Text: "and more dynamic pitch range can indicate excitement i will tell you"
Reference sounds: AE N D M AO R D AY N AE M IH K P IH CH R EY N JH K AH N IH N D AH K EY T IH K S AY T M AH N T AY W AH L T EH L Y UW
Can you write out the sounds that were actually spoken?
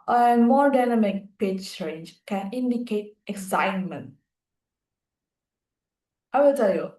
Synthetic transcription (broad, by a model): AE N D M AO R D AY N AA M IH K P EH S R EY N JH K AH N IH N D AH K EY T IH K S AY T M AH N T AY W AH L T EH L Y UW